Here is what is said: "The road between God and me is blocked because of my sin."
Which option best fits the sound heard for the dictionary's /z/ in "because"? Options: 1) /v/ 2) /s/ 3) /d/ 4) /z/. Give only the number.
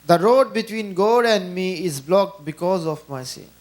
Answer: 4